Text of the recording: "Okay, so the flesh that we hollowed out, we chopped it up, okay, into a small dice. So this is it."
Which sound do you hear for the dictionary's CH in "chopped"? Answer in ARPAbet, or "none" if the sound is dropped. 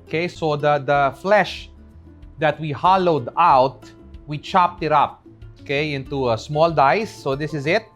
CH